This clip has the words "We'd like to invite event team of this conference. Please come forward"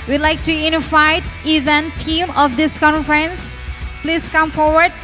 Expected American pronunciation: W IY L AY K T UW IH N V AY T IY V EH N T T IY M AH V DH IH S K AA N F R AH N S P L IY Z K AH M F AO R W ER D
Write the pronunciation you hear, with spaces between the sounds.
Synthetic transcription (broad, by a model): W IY L AY K T UW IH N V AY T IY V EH N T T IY M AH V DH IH S K AA N F R AH N S P L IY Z K AH M F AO R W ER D